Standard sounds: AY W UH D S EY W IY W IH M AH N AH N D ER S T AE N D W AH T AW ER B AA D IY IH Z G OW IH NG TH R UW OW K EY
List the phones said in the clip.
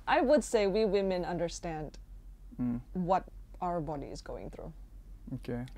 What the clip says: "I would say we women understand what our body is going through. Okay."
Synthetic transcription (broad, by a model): AY W UH D S EY W IY W IH M AH N AH N D ER S T AE N D W AH T AW ER B AA D IY IH Z G OW IH NG TH R UW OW K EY